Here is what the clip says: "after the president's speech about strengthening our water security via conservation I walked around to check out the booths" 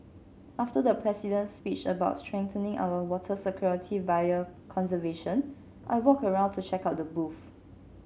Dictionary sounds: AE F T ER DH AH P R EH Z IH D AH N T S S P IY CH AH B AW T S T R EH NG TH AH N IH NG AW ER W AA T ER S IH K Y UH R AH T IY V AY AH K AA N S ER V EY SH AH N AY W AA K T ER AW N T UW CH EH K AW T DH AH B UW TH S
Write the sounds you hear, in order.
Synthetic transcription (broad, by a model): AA F T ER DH AH P R EH S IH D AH N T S S P IY CH AH B AW T S T R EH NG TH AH N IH NG AW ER W AA T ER S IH K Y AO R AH T IY V AY AH K AA N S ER V EY SH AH N AY W AA K ER AW N T UW CH EH K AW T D AH B UW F